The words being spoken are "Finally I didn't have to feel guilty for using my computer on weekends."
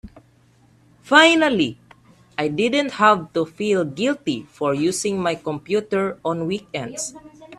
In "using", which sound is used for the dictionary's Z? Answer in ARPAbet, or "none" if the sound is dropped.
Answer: S